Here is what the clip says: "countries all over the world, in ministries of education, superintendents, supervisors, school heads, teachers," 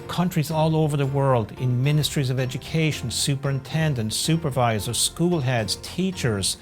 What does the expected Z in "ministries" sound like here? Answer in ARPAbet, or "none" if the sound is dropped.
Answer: Z